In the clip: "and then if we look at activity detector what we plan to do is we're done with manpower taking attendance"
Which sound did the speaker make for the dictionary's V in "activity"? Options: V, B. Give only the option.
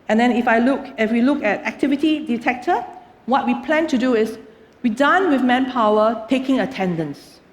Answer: V